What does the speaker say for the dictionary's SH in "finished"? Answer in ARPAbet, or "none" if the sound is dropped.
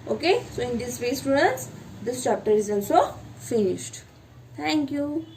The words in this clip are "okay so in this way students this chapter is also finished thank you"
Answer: SH